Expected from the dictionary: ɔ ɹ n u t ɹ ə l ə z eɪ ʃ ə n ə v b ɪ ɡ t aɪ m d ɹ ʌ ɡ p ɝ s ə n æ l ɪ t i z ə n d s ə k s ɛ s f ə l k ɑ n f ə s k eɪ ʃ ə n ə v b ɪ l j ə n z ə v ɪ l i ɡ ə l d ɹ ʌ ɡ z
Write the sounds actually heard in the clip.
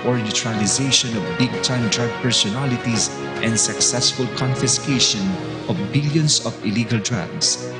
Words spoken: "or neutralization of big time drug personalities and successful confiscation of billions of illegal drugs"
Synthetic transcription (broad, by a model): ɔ ɹ n u t ɹ ə l ə z eɪ ʃ ə n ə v b ɪ ɡ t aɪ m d ɹ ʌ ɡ p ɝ s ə n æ l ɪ t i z ə n d s ə k s ɛ s f ə l k ɑ n f ə s k eɪ ʃ ə n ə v b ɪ l j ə n s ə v ɪ l i ɡ ə l d ɹ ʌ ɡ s